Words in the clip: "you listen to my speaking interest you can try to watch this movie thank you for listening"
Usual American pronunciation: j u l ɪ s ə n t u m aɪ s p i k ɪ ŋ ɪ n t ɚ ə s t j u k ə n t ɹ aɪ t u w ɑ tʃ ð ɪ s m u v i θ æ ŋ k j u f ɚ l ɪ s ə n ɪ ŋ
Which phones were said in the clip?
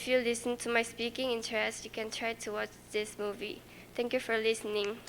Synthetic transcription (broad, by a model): j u l ɪ s ə n t u m aɪ s p i k ɪ ŋ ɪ n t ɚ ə s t j u k ə n t ɹ aɪ t u w ɑ tʃ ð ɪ s m u v i t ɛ ŋ k j u f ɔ l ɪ s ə n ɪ ŋ